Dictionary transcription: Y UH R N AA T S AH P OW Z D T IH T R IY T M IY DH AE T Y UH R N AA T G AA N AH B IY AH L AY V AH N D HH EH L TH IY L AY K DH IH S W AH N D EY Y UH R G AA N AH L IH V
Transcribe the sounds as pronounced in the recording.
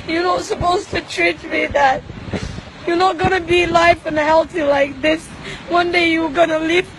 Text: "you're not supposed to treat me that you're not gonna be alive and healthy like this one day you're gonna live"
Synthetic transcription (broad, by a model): Y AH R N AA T S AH P OW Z T IH T R IY T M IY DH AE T Y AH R N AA T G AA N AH B IY L AY F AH N HH EH L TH IY L AY K DH IH S W AH N D EY Y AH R G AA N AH L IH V